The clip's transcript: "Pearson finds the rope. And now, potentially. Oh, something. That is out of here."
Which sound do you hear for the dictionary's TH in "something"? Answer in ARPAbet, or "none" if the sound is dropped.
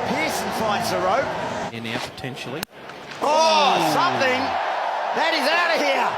TH